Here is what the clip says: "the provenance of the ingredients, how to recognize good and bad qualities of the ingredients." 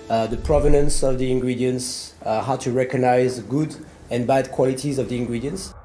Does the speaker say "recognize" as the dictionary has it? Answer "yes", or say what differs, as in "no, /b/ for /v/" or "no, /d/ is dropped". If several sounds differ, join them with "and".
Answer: yes